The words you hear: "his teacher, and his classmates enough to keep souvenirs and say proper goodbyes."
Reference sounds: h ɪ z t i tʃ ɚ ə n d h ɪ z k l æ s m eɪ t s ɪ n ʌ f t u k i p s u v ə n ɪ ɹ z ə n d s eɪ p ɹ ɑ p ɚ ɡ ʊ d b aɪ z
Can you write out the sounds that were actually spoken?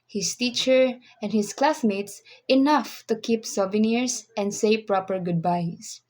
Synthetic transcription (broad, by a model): h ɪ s t i tʃ ɚ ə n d h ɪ s k l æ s m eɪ t s ɪ n ʌ f t u k i p s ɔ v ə n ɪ ɹ s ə n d s eɪ p ɹ ɑ p ɚ ɡ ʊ d b aɪ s